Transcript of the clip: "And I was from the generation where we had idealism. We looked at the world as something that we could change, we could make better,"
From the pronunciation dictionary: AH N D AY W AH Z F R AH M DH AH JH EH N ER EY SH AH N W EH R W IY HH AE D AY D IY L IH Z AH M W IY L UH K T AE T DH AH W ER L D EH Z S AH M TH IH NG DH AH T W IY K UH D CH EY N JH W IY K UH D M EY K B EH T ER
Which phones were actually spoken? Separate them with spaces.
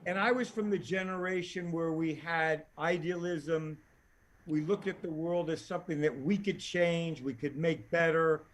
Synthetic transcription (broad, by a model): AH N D AY W AH Z F R AH M DH AH JH EH N ER EY SH AH N W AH R W IY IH D AY D IY L IH Z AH M W IY L UH K T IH T DH AH W ER L D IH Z S AH M TH IH NG DH AH T W IY K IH D CH EY N JH W IY K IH D M EY K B EH T ER